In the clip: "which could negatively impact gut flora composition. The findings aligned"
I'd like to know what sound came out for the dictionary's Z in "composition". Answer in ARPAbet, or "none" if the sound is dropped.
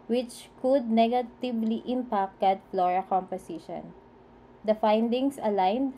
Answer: S